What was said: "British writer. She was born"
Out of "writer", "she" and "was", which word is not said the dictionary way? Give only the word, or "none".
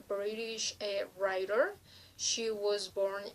none